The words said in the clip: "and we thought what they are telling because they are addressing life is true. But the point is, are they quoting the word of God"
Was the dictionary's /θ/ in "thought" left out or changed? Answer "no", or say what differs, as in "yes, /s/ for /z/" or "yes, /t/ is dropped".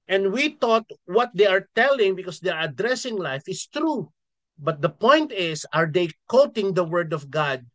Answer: yes, /t/ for /θ/